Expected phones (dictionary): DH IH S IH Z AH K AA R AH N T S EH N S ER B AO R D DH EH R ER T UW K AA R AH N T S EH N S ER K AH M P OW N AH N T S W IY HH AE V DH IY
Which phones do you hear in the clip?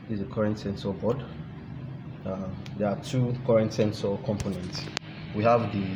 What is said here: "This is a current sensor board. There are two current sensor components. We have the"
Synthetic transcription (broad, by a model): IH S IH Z AH K AA R AH N T S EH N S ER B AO D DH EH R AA T UW K AA R AH N T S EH N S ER K AH M P OW N AH N T S W IY HH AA V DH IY